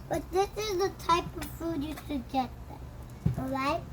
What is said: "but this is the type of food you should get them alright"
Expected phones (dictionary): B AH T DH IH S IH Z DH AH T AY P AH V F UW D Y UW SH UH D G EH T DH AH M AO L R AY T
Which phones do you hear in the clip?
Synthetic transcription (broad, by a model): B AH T DH IH S IH Z DH AH T AY P AH V F UW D Y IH S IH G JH EH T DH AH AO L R AY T